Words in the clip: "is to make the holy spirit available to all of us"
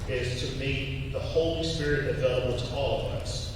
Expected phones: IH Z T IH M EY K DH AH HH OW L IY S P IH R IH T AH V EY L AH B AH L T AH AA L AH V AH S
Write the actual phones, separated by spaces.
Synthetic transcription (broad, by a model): IH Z T IH M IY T DH AH HH OW L IY S P IH R IH T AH V EY L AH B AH L T AH AA L AH V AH S